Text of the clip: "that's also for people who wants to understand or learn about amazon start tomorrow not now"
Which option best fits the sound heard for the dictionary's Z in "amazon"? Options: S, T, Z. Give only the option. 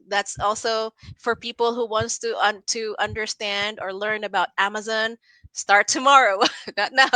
Z